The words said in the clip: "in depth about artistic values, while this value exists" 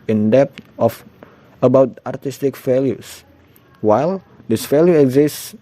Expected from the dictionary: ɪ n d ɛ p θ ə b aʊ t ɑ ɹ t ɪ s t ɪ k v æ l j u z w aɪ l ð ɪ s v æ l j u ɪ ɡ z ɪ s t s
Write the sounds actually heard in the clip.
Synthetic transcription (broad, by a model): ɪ n d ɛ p f ə b aʊ t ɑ ɹ t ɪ s t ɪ k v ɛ l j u s w aɪ l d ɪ s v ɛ l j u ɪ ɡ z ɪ s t s